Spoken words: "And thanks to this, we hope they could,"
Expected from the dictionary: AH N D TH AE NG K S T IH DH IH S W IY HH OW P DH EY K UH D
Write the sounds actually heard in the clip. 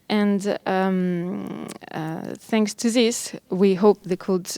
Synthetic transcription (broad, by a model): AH N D TH AE NG K S T IH DH IH S W IY HH OW P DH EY K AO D